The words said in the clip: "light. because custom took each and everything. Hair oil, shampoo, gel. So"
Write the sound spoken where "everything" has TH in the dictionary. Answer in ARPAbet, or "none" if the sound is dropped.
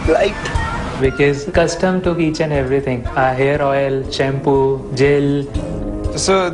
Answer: T